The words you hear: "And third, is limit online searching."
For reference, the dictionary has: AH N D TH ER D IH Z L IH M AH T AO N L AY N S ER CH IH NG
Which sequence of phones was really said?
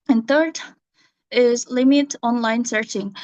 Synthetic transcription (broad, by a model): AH N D TH ER D IH Z L IH M AH T AO N L AY N S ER CH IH NG